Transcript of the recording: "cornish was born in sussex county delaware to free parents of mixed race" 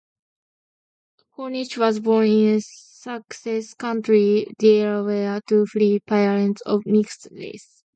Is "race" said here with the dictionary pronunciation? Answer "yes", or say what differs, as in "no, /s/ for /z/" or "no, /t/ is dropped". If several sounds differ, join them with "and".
no, /l/ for /ɹ/